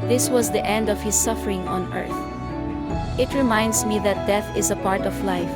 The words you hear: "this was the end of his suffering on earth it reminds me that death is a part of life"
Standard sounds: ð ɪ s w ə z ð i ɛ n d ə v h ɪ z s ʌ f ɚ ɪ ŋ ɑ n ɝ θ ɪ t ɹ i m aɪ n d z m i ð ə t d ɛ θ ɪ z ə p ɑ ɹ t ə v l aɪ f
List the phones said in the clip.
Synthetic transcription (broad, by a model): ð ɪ s w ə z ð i ɛ n d ə v h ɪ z s ʌ f ɚ ɪ ŋ ɑ n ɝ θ ɪ t ɹ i m aɪ n d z m i ð ə t d ɛ θ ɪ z ə p ɑ ɹ t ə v l aɪ f